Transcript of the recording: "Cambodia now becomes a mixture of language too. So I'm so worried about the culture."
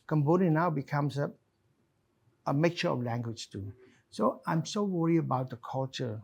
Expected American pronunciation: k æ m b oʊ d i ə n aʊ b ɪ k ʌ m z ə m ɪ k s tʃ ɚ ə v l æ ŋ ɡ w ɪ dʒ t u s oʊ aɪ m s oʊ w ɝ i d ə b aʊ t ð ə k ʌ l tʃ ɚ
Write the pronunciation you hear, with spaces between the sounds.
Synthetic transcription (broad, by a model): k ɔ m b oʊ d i n aʊ b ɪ k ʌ m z ə m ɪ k tʃ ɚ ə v l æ ŋ ɡ w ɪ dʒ t u s oʊ aɪ m s oʊ w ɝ i ə b aʊ t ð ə k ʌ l tʃ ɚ